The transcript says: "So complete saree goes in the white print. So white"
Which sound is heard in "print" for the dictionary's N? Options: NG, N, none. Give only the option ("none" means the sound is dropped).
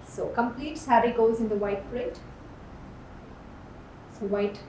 none